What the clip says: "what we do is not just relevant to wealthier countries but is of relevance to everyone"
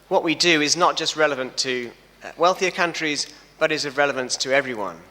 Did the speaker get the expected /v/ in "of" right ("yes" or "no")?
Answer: yes